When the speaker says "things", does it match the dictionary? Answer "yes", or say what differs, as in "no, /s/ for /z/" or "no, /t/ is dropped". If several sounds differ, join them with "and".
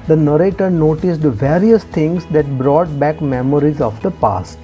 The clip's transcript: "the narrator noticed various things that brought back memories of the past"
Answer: no, /t/ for /θ/